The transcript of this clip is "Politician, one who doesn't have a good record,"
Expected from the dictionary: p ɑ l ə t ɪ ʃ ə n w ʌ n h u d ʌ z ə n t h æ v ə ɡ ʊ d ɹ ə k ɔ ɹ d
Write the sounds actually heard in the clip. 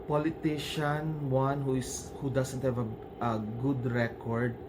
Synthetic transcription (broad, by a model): p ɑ l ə t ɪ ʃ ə n w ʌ n h u d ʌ s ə n t h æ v ə ɡ ʊ d ɹ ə k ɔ ɹ d